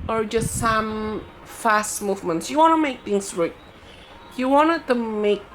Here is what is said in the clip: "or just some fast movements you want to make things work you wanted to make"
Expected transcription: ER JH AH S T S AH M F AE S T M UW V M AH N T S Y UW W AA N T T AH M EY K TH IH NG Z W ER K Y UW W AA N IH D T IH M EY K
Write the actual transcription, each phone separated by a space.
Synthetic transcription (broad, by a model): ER JH AH S T S AH M F AE S T M UW V M AH N T S Y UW W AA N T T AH M EY K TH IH NG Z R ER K Y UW W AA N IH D T IH M EY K